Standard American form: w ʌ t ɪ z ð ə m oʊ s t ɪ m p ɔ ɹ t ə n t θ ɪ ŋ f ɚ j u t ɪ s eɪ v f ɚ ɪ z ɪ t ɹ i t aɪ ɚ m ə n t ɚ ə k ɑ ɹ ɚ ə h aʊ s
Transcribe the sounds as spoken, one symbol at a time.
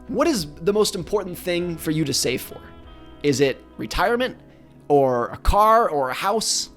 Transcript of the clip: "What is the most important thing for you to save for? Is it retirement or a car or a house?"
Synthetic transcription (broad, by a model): w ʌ t ɪ z ð ə m oʊ s t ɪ m p ɔ ɹ t n θ ɪ ŋ f ɚ j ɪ t ɪ s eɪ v f ɚ ɪ z ɪ t ɹ i t aɪ ɚ m ə n t ɚ ə k ɑ ɹ ɚ ə h aʊ s